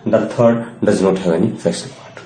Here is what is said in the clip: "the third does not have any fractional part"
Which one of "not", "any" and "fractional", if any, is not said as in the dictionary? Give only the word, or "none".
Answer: fractional